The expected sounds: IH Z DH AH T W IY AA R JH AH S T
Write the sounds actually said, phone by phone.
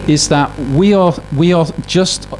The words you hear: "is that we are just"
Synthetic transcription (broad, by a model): IH Z DH AH T W IY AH W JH AH S T